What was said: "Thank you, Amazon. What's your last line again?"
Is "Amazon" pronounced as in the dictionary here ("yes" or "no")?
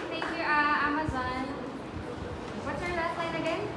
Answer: yes